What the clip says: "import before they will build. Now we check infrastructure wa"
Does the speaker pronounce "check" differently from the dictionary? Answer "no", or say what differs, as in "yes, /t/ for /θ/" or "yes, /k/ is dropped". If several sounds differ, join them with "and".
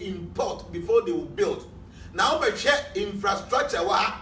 yes, /k/ is dropped